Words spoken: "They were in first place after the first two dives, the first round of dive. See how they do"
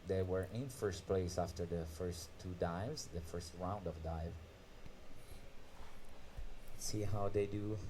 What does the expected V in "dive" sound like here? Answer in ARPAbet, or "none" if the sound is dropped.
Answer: V